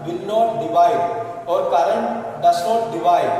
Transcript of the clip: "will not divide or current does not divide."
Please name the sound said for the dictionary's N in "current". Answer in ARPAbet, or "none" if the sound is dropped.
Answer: N